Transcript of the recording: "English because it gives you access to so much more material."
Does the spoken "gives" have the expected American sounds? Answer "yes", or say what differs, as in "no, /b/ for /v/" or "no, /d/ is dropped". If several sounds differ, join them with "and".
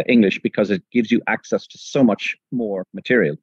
yes